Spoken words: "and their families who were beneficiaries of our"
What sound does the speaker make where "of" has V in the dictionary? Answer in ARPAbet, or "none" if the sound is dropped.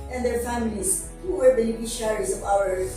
P